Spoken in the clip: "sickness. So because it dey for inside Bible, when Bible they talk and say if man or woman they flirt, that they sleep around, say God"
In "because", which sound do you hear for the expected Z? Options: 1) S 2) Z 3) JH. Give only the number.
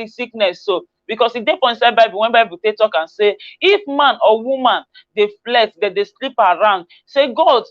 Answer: 1